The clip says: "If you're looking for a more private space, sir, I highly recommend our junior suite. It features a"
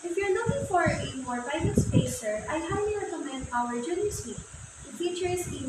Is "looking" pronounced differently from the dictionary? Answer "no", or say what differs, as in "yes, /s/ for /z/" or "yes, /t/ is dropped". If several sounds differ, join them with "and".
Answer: yes, /n/ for /l/